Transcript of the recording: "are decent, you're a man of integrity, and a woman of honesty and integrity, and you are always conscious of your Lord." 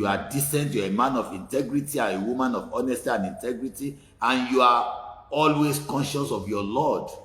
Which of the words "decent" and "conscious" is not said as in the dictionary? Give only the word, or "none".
none